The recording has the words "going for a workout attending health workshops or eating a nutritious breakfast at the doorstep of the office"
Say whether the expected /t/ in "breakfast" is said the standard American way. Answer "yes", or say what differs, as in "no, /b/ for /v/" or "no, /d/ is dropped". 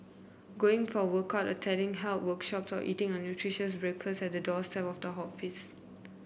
no, /t/ is dropped